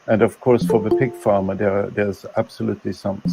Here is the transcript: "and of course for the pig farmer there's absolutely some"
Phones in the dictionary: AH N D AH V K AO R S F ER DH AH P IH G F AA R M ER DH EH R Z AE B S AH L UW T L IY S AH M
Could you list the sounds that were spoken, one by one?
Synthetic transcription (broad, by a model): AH N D AH V K AO R S F ER DH AH P IH G F AA R M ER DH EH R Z AE B S AH L UW T L IY S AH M